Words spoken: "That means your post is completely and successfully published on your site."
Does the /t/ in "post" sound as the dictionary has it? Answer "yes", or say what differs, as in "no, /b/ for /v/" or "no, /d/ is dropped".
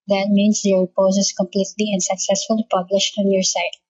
no, /t/ is dropped